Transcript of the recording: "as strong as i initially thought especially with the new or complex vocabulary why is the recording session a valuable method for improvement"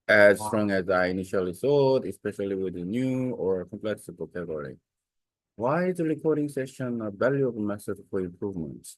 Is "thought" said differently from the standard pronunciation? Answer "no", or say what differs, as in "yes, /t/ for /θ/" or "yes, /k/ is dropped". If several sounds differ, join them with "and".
yes, /s/ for /θ/